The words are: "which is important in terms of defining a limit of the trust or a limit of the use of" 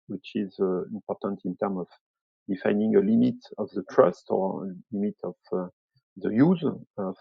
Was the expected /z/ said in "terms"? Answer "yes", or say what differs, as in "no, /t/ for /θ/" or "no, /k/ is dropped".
no, /z/ is dropped